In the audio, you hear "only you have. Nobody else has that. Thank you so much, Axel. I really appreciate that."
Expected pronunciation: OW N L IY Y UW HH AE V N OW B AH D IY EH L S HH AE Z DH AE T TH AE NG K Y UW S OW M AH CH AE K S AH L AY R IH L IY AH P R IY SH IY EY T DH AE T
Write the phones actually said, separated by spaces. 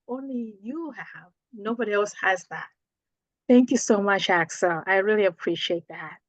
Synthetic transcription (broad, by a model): OW N L IY Y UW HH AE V N OW B AH D IY EH L S HH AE Z DH AE T TH AE NG K Y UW S OW M AH CH AE K S AH L AY R IH L IY AH P R IY SH IY EY T DH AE T